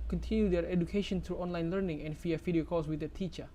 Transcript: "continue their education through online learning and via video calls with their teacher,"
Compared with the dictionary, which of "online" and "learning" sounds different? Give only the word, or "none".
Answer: none